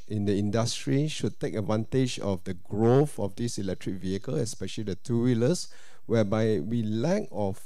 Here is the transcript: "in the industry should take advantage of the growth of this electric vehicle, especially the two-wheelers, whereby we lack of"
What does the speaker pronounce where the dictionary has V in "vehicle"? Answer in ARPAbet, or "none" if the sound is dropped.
V